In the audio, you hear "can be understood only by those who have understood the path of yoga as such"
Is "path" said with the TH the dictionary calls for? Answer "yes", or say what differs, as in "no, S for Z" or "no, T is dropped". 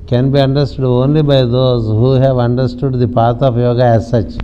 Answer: no, T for TH